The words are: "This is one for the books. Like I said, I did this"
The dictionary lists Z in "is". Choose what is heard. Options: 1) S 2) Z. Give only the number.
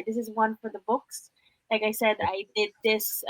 2